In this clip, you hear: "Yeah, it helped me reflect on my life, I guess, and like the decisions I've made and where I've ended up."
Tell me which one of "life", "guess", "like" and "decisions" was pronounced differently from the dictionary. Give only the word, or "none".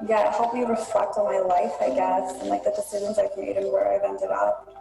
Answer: none